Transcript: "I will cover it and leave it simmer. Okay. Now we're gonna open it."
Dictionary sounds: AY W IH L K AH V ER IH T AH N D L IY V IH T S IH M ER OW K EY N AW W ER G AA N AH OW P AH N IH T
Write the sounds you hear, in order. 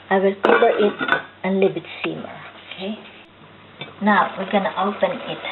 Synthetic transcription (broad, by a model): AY W IH L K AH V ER IH T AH N L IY B IH T S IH M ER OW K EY N AW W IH G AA N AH OW P AH N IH T